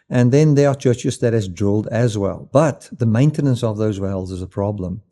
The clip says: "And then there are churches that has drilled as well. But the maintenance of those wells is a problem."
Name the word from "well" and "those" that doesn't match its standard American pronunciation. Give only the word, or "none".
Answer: none